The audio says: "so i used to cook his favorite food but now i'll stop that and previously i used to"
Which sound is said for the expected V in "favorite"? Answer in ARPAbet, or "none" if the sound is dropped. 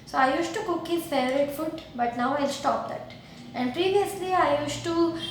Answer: none